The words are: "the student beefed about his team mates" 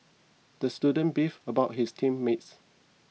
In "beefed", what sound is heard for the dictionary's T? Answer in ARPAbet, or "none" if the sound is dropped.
none